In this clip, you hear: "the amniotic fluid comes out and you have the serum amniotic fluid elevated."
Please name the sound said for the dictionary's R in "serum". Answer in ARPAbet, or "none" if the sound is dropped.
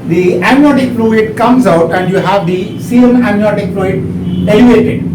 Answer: none